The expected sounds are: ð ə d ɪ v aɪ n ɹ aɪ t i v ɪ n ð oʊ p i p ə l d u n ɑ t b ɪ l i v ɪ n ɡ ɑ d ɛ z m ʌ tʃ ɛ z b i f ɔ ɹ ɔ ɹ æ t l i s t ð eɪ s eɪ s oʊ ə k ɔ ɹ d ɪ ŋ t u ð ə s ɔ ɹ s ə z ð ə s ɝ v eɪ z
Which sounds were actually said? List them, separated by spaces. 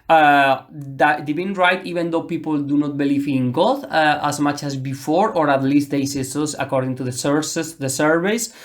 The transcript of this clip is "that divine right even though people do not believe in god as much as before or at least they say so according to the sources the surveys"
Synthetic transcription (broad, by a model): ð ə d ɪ b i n ɹ aɪ t i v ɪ n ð oʊ p i p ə l d u n ɑ t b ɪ l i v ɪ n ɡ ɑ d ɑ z m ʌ tʃ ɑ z b i f ɔ ɹ ɔ ɹ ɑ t l i s t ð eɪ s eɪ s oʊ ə k ɔ ɹ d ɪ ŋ t u ð ə s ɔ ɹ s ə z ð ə s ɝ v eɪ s